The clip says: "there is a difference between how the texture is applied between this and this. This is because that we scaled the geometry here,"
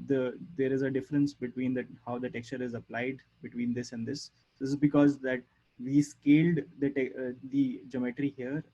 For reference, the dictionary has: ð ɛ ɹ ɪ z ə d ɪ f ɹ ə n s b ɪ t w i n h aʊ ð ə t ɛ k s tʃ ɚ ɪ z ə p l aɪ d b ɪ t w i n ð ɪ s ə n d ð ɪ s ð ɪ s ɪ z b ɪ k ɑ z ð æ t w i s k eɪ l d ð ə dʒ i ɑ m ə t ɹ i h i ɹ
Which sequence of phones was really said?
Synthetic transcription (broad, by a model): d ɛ ɹ ɪ z ə d ɪ f ɹ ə n s b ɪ t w i n h aʊ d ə t ɛ k s tʃ ɚ ɪ z ə p l aɪ d b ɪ t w i n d ɪ s ə n d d ɪ s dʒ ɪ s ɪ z b ɪ k ɑ z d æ t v i s k eɪ l d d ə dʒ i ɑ m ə t ɹ i h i ɹ